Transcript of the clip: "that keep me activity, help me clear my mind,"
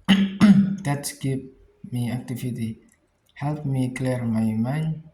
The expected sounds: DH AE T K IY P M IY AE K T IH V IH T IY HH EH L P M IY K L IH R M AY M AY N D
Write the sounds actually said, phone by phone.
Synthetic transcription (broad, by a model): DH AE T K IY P M IY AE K T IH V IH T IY HH EH L P M IY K L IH R M AY M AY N